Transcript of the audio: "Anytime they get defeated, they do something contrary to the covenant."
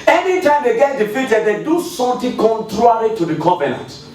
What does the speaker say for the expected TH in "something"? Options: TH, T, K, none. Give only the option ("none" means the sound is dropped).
T